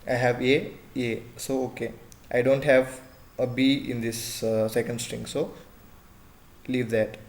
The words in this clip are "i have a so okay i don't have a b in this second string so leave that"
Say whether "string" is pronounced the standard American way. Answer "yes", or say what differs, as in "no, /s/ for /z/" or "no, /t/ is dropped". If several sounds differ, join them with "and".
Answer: yes